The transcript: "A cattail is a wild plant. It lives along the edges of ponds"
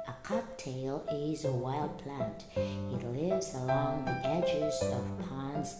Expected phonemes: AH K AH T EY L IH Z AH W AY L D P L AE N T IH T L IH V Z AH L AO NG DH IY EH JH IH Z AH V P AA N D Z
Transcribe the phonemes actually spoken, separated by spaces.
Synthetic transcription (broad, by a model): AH K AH T EY L IH Z AH W AY L D P L AE N T IH T L IH V Z AH L AO NG DH IY EH JH IH Z AH V P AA N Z